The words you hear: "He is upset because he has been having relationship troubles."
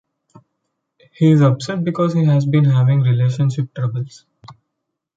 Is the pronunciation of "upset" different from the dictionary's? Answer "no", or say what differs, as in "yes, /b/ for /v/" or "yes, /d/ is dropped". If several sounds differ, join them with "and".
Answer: yes, /b/ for /p/